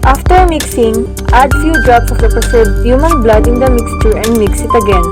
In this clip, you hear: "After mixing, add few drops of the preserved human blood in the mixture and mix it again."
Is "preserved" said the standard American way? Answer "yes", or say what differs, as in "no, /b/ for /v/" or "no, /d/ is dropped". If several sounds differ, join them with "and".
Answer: no, /ɹ/ is dropped and /s/ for /z/ and /v/ is dropped